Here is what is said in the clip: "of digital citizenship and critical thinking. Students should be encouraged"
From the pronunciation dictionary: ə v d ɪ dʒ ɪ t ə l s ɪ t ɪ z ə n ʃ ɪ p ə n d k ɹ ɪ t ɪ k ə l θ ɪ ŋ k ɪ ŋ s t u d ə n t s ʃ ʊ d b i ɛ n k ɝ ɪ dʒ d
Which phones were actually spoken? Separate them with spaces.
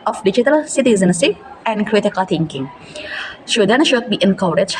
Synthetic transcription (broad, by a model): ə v d ɪ dʒ ɪ t ə l s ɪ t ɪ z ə n s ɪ ə n d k ɹ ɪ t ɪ k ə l t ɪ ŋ k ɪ ŋ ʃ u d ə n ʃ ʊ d b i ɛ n k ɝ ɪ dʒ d